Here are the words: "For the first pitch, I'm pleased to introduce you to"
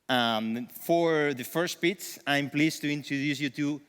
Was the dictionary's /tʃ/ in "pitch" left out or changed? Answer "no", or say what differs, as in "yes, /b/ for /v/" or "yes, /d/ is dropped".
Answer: yes, /s/ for /tʃ/